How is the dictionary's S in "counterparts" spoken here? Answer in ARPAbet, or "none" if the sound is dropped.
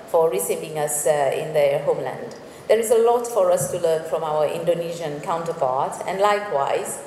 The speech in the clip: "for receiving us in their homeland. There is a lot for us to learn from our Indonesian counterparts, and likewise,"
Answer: none